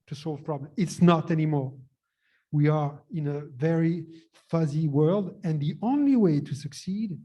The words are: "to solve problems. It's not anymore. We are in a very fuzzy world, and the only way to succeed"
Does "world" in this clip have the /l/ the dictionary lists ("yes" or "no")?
yes